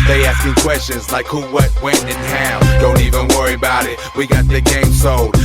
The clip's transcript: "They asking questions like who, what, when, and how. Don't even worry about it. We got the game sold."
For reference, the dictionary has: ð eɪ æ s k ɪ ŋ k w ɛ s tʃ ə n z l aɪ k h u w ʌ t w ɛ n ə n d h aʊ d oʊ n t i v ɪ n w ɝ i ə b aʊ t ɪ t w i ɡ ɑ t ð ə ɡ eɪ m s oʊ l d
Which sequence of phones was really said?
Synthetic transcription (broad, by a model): ð eɪ æ s k ɪ ŋ k w ɛ s tʃ ə n z l aɪ k h u w ʌ t w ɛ n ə n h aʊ d oʊ n t i v ɪ n w ɝ i ə b aʊ t ɪ t w i ɡ ɑ t ð ə ɡ eɪ m s oʊ l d